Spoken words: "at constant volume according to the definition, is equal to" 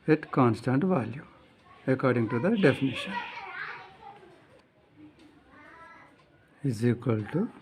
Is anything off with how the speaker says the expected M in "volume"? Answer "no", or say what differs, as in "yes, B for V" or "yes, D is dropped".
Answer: yes, M is dropped